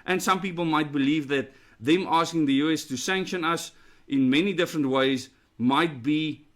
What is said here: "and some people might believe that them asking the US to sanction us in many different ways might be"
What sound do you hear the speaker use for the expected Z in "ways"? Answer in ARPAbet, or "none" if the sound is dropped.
Z